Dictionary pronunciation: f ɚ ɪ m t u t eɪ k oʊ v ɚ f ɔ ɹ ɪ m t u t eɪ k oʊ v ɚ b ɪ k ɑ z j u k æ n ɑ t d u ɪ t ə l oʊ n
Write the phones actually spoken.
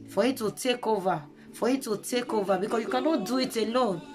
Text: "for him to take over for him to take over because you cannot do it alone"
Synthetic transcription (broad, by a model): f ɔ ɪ t u t eɪ k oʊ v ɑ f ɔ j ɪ t u t eɪ k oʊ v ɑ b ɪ k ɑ j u k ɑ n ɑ d u ɪ t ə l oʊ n